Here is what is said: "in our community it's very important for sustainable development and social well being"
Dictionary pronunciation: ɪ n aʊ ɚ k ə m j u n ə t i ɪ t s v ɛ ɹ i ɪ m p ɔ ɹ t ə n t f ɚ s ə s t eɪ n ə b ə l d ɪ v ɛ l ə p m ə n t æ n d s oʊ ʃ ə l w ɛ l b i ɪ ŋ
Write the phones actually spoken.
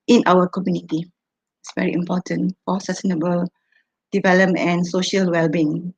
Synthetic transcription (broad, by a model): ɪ n aʊ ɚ k ə m j u n ə t i ɪ t s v ɛ ɹ i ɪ m p ɔ t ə n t f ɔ s ə s t eɪ n ə b ə l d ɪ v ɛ l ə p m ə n n s oʊ ʃ ə l w ɛ l b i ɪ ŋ